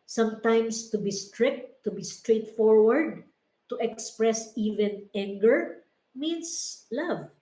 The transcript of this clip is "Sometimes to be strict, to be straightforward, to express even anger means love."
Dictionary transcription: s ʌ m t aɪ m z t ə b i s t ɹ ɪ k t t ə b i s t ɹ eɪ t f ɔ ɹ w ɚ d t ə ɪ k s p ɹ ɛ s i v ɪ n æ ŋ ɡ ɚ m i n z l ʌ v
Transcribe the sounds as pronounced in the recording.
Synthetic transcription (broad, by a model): s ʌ m t aɪ m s t ə b i s t ɹ ɪ k t t ə b i s t ɹ eɪ t f ɔ ɹ w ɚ d t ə ɪ k s p ɹ ɛ s i v ɪ n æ ŋ ɡ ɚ m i n s l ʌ v